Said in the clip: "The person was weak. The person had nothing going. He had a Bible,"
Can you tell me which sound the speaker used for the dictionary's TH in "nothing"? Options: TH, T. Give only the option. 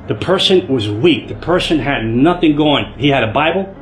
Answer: TH